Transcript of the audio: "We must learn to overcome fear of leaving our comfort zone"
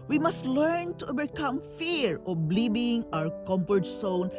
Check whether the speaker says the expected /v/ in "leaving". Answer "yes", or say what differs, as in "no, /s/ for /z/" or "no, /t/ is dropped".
no, /b/ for /v/